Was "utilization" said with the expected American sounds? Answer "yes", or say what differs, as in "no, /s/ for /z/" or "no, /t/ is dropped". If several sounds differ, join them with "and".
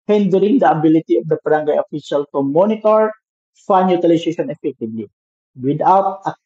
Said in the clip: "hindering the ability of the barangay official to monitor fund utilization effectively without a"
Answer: no, /s/ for /z/